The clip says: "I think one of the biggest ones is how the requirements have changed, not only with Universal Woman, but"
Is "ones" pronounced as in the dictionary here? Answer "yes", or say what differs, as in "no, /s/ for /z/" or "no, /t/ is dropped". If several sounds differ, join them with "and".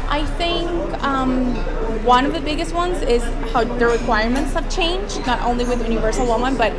yes